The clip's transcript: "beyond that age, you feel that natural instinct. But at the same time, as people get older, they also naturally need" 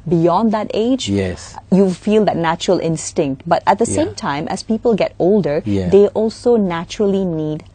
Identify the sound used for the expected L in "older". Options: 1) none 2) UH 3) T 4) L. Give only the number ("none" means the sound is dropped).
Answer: 4